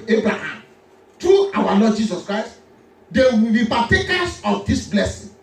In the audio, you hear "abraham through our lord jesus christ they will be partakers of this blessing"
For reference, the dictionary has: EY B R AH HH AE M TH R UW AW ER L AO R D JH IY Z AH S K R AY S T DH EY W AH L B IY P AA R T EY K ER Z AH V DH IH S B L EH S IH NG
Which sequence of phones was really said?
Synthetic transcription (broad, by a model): EY B R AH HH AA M T R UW AW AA L AO D JH IY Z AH S K R AY S T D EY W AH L B IY P AA T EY K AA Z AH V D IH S B L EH S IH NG